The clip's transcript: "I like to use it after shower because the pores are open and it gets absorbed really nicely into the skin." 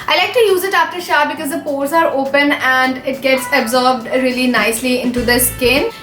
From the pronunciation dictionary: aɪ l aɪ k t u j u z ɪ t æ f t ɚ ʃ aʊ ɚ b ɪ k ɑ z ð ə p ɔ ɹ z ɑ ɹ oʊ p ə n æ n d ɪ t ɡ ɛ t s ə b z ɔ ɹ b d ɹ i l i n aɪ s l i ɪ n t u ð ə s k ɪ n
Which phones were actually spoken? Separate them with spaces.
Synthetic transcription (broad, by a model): aɪ l aɪ k t u j u z ɪ t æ f t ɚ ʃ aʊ b ɪ k ɑ z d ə p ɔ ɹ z ɑ ɹ oʊ p ə n æ n d ɪ t ɡ ɛ t s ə b z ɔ ɹ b d ɹ i l i n aɪ s l i ɪ n t u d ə s k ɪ n